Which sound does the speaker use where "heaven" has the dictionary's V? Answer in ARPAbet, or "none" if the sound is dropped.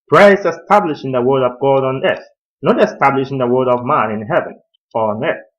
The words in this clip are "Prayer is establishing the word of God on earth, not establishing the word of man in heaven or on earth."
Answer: V